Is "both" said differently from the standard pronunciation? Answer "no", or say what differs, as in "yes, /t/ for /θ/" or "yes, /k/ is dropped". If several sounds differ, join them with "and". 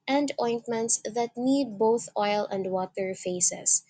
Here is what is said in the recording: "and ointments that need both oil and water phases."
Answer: no